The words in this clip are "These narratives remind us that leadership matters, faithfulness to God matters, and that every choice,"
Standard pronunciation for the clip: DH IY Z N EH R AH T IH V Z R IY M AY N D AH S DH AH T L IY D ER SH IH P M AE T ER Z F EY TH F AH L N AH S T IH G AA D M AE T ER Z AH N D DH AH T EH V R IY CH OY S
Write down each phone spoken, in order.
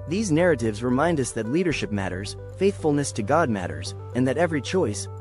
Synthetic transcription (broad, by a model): DH IY Z N EH R AH T IH V Z R IY M AY N D AH S DH AH T L IY D ER SH IH P M AE T ER Z F EY TH F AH L N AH S T IH G AA D M AE T ER Z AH N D DH AH T EH V R IY CH OY S